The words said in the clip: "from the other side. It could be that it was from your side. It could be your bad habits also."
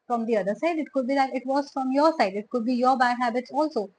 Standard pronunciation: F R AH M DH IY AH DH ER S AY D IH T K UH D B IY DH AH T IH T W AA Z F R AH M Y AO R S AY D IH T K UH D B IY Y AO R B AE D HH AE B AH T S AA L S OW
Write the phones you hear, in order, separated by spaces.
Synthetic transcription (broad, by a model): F R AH M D IY AH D ER S AY D IH T K UH D B IY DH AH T IH T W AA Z F R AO M Y AO R S AY D IH T K UH D B IY Y AO R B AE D HH AE B AH T S AA L S OW